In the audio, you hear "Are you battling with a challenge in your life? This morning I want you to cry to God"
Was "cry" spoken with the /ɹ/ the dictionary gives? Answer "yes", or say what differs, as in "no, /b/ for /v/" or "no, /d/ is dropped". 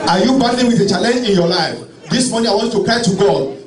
no, /ɹ/ is dropped